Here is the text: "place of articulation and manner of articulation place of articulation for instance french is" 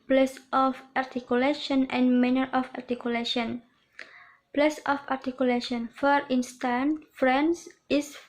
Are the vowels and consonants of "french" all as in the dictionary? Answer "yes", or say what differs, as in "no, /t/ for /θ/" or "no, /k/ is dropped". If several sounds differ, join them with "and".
no, /s/ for /tʃ/